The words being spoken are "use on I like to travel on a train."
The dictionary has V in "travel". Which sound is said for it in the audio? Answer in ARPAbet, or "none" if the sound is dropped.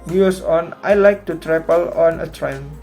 P